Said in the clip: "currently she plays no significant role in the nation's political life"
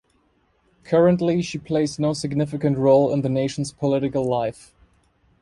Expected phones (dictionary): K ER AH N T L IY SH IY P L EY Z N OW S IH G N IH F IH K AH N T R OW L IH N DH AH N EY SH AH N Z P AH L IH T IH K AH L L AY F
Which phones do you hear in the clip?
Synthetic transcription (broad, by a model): K ER AH N T L IY SH IY P L EY Z N OW S IH G N IH F IH K AH N T R OW L IH N DH AH N EY SH N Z P AH L IH T IH K AH L L AY F